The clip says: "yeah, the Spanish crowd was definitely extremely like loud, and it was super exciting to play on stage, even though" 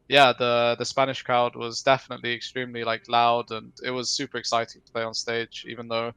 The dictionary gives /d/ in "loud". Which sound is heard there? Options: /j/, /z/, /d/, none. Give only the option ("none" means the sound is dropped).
/d/